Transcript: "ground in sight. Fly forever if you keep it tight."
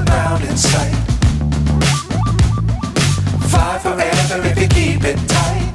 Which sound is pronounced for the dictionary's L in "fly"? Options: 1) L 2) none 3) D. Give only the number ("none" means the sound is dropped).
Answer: 2